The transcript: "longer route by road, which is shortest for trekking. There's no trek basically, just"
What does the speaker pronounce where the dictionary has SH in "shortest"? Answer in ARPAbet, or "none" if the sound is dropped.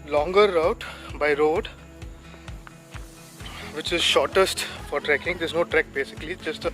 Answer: SH